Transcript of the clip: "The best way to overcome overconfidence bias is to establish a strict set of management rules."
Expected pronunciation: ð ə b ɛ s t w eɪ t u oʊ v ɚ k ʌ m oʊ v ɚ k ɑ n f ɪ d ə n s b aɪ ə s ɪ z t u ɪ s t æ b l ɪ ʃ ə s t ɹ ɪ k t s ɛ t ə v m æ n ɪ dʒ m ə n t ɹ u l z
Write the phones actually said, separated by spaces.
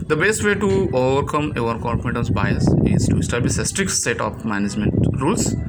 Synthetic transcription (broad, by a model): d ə b ɛ s t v eɪ t u oʊ v ɚ k ʌ m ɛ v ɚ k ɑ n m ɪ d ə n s b aɪ ə s ɪ z t u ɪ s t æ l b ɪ s ə s t ɹ ɪ k t s ɛ t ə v m æ n ɪ dʒ m ə n t ɹ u l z